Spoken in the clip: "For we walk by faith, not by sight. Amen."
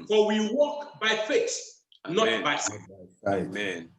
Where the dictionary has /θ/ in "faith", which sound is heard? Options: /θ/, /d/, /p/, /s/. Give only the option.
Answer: /s/